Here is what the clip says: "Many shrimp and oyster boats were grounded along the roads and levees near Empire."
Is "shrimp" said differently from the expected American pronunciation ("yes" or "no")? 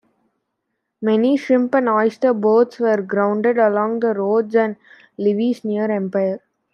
yes